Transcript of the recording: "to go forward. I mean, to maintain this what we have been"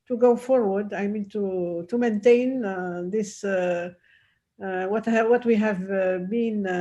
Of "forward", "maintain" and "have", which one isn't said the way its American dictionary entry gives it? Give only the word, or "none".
none